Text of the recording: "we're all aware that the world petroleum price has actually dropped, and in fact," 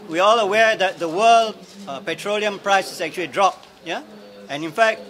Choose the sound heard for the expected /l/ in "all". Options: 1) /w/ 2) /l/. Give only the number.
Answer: 2